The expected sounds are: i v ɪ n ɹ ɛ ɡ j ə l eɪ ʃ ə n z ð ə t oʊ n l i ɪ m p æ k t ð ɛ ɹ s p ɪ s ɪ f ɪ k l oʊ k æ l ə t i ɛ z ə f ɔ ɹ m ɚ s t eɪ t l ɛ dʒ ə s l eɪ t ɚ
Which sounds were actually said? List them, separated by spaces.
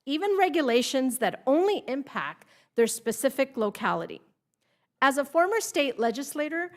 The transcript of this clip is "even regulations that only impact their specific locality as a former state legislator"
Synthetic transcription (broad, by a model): i v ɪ n ɹ ɛ ɡ j ə l eɪ ʃ ə n z ð ə t oʊ n l i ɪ m p æ k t ð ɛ ɹ s p ɪ s ɪ f ɪ k l oʊ k æ l ə t i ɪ z ə f ɔ ɹ m ɚ s t eɪ t l ɛ dʒ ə s l eɪ t ɚ